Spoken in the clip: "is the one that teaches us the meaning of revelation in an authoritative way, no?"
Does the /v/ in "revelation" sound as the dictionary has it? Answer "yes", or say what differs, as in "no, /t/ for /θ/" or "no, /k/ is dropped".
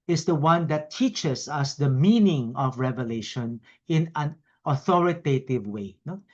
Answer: yes